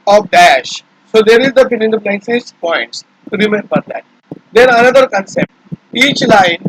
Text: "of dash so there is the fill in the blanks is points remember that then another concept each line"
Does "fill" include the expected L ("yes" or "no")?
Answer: no